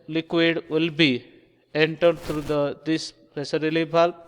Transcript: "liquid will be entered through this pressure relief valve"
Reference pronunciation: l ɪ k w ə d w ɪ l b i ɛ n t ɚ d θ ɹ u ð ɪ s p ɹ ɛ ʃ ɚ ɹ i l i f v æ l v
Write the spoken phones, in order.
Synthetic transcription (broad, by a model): l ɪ k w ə d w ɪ l b i ɛ n t ɚ d t ɹ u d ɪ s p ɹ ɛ s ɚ ɹ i l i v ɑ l